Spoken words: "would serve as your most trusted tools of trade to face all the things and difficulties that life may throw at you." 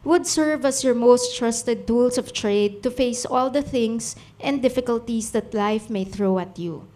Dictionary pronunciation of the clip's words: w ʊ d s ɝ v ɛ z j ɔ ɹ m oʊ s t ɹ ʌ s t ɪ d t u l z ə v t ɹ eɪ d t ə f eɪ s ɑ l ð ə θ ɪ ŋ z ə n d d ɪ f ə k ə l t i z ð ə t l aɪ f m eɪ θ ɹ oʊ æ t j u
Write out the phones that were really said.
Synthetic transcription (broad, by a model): w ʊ d s ɝ v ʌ s j ɔ ɹ m oʊ s t ɹ ʌ s t ɪ d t u l s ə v t ɹ eɪ d t ə f eɪ s ɑ l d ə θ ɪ ŋ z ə n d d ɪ f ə k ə l t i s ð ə t l aɪ f m eɪ θ ɹ oʊ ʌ t j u